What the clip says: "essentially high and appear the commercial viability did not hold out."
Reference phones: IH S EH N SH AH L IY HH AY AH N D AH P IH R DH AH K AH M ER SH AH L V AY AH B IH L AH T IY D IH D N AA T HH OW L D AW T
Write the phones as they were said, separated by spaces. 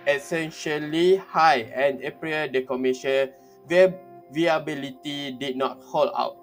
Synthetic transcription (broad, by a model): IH S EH N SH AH L IY HH AY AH N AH P R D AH K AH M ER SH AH W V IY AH B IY L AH T IY D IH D N AA T HH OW L AW T